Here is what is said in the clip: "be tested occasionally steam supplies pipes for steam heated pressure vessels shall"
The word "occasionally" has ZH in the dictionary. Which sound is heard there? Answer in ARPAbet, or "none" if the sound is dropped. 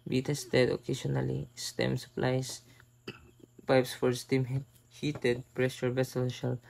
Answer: S